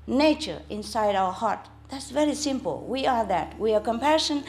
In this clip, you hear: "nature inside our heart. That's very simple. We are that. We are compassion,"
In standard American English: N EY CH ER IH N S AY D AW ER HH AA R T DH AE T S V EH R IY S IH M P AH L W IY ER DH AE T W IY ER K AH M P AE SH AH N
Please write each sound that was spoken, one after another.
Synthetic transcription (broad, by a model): N EY CH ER IH N S AY D AW ER HH AA R T DH AE T S V EH R IY S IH M P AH L W IY ER DH AE T W IY ER K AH M P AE SH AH N